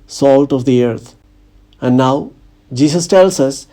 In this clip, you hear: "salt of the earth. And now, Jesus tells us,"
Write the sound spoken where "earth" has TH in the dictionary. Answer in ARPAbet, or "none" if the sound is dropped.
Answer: T